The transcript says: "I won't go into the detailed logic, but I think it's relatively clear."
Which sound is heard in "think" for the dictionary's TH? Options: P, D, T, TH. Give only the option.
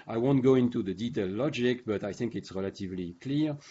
TH